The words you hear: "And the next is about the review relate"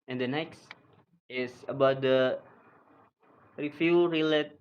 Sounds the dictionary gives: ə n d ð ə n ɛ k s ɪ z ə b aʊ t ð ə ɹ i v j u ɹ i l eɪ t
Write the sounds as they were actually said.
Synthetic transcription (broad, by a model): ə n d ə n ɛ k s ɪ s ə b aʊ t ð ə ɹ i f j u ɹ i l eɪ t